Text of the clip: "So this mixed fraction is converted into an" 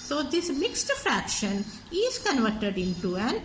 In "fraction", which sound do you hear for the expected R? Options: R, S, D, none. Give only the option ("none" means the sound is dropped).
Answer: R